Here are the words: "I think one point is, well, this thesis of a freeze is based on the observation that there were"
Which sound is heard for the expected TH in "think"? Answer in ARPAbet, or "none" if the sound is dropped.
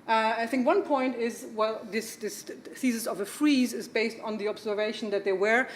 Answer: TH